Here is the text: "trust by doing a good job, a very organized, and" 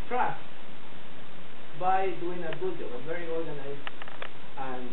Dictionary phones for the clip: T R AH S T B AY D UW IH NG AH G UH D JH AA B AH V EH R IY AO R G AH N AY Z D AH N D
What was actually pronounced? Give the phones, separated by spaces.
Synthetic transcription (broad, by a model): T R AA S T B AY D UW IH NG AH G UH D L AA AH V EH R IY AO R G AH N AY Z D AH N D